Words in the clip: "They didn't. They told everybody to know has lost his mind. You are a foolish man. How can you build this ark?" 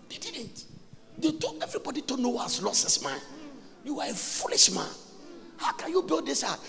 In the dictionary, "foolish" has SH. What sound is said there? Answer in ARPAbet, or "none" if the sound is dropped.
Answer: SH